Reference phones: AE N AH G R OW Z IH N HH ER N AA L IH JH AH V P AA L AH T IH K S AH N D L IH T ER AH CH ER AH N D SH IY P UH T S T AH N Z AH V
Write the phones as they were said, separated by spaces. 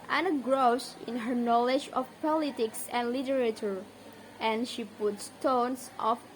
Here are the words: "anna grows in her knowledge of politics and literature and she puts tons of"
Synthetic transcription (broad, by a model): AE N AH G R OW S IH N HH ER N AA L IH JH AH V P AA L AH T IH K S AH N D L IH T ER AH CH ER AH N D SH IY P UH T S T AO N S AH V